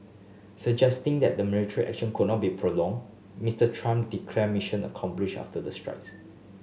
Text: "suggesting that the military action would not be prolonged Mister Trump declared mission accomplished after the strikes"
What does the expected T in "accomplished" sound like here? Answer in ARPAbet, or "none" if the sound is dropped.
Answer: none